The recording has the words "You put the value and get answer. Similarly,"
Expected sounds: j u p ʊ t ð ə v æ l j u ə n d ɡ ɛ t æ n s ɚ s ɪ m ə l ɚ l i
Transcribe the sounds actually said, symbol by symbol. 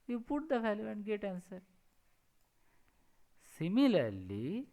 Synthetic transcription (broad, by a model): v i p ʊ t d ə f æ l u ə n d ɡ ɛ t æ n s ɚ s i m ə l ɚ l i